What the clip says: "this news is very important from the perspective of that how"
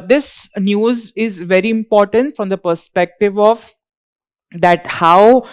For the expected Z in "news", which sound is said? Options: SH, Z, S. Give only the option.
Z